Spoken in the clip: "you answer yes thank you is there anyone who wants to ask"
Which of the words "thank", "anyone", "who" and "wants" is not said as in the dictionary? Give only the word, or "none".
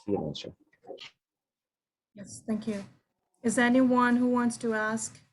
none